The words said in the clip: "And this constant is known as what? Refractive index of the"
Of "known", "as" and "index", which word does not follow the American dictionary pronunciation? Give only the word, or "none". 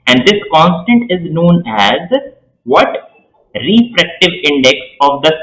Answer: none